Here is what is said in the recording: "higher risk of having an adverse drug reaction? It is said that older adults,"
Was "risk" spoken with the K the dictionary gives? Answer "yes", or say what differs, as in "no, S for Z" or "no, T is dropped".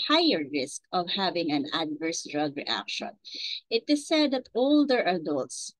yes